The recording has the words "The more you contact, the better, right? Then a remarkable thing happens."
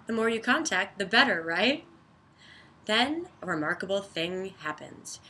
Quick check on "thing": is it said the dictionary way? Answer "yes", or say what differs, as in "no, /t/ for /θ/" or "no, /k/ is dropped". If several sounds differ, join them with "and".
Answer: yes